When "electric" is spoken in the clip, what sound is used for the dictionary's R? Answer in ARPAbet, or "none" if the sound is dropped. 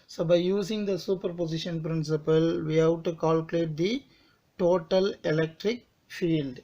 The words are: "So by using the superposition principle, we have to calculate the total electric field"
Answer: R